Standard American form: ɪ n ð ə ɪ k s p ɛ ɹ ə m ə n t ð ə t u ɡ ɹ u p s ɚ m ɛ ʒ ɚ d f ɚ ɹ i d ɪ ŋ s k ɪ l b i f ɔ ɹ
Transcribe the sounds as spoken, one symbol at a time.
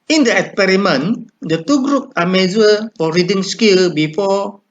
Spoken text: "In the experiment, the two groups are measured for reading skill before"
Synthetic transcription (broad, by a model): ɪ n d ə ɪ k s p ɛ ɹ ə m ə n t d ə t u ɡ ɹ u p ɑ m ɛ z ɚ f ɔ ɹ i d ɪ ŋ s k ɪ l b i f ɔ